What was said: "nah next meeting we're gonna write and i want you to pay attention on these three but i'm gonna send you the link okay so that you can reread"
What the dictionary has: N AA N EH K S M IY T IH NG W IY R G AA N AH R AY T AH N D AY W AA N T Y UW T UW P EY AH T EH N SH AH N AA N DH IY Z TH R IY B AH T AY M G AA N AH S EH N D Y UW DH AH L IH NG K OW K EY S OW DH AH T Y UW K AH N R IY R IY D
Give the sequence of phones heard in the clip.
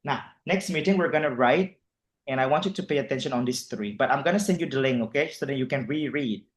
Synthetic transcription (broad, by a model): N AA N EH K S M IY T IH NG W IY R G AA N AH R AY T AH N AY W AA N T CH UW T UW P EY AH T EH N SH AH N AA N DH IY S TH R IY B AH T AY M G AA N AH S EH N D Y UW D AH L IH NG OW K EY S OW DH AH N Y UW K AH N R IY R IY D